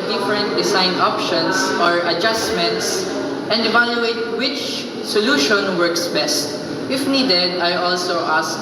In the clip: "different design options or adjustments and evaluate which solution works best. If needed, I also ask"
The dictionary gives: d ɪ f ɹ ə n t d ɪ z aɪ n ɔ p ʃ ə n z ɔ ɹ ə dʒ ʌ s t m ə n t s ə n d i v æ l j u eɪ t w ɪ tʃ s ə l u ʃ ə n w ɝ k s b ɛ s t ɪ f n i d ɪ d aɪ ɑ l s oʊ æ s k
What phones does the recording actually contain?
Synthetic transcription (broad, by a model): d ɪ f ɹ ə n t d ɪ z aɪ n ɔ p ʃ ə n s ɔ ɹ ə dʒ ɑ s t m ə n t s ə n d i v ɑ l j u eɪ t w ɪ tʃ s ə l u ʃ ə n w ɝ k s b ɛ s t ɪ f n i d ɪ d aɪ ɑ l s oʊ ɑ s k